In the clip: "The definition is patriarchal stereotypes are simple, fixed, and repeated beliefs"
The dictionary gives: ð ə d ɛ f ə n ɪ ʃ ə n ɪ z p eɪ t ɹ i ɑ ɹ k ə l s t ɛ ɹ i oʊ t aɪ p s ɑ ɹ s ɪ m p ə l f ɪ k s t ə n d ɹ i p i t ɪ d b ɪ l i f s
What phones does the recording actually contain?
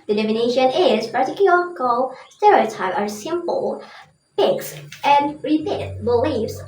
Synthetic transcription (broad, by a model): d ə d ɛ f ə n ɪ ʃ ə n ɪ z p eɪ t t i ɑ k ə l s t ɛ ɹ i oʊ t aɪ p ɑ ɹ s ɪ m p ə l p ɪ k s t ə n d ɹ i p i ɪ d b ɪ l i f s